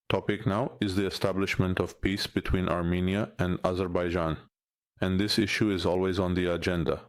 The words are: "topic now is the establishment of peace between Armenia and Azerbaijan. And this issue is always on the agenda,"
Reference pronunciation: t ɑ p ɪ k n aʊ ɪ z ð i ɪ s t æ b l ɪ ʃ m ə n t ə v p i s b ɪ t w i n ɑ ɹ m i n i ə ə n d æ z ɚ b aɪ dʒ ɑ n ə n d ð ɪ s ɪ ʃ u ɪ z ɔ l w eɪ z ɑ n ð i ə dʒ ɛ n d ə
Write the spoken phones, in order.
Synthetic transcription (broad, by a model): t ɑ p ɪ k n aʊ ɪ z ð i ɪ s t æ b l ɪ ʃ m ə n t ə v p i s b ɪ t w i n ɑ ɹ m i n i ə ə n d æ z ɚ b aɪ dʒ ɑ n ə n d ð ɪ s ɪ ʃ u ɪ z ɔ l w eɪ z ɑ n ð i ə dʒ ɛ n d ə